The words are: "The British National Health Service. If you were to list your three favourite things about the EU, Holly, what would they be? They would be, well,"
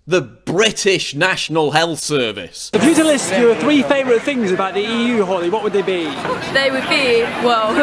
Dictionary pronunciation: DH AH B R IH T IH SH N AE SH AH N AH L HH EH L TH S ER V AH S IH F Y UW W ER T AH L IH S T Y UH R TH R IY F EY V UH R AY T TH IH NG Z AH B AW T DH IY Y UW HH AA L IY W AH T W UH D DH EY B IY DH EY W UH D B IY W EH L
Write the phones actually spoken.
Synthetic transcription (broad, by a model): DH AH B R IH T IH SH N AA SH AH N AH L HH EH L TH S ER V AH S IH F Y UW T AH L IH S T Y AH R TH R IY F EY V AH R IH T TH IH NG Z AH B AW T DH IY Y UW HH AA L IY W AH T W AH D DH EY B IY DH EY W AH D B IY W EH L